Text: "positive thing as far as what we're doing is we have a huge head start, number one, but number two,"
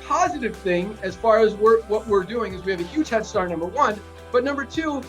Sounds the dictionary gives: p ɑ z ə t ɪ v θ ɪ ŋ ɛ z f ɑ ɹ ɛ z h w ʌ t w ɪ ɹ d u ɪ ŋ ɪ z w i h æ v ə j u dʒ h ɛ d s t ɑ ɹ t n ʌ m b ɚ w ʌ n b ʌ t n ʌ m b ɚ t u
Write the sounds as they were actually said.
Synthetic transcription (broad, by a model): p ɑ z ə t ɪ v θ ɪ ŋ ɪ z f ɑ ɹ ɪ z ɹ w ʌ t w ɪ ɹ d u ɪ ŋ ɪ z w i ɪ v ə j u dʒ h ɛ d s t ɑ ɹ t n ʌ m b ɚ w ʌ n b ʌ t n ʌ m b ɚ t u